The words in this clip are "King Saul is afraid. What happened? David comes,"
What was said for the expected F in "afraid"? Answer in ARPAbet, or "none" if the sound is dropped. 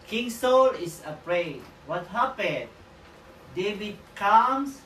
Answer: P